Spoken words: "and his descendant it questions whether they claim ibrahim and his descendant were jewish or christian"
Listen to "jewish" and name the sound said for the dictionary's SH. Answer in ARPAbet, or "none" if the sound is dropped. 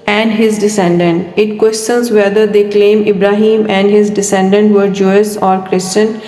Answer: S